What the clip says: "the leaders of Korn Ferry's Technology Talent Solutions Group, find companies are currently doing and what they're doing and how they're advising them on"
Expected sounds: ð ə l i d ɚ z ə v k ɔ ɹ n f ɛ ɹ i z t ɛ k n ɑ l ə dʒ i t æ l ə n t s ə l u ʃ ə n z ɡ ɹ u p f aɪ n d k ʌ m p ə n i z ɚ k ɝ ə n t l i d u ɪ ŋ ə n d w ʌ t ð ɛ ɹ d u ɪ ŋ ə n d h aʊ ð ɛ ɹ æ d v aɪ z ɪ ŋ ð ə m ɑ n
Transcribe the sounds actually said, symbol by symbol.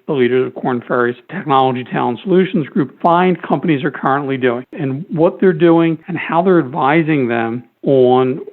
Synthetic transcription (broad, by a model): ð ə l i d ɚ z ə v k ɔ ɹ n f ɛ ɹ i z t ɛ k n ɑ l ə dʒ i t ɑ ə n s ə l u ʃ n z ɡ ɹ u p f aɪ n d k ʌ m p ə n i z ɚ k ɝ ə n t l i d u ɪ ŋ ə n w ʌ t ð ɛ ɹ d u ɪ ŋ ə n h aʊ ð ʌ ɹ æ d v aɪ z ɪ ŋ ð ə m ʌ n